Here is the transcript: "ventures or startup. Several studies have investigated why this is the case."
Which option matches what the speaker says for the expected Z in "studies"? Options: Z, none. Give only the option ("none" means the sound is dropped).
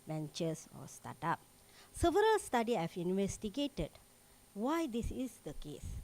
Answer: none